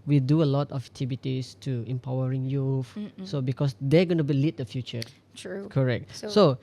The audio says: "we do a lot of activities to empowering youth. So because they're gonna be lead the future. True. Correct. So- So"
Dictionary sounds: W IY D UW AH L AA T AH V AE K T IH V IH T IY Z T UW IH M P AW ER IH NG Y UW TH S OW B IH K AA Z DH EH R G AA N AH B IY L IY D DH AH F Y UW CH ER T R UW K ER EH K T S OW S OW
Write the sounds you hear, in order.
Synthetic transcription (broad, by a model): W IY D UW AH L AA T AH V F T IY B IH T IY S T UW IH M P AW ER IH NG Y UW F S OW B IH K AA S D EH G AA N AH B IY L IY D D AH F Y UW CH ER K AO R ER EH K T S S OW